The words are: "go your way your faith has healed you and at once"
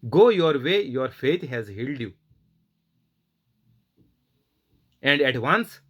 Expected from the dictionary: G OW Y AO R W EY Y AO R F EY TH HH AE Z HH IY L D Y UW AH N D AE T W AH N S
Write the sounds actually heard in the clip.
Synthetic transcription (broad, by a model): G OW Y AO R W EY Y AO R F EY T HH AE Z HH IY L D Y UW AH N D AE T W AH N S